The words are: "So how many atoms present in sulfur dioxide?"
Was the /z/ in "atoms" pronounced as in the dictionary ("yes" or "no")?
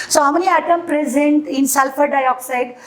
no